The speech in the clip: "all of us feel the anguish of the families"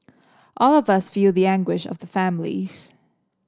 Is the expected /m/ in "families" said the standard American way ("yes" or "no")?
yes